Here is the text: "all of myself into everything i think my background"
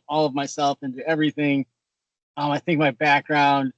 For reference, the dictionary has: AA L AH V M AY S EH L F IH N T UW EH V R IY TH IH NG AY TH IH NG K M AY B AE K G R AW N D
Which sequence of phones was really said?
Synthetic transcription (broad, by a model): AA L AH V M AY S EH L F IH N T UW EH V R IY TH IH NG AY TH IH NG K M AY B AE K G R AW N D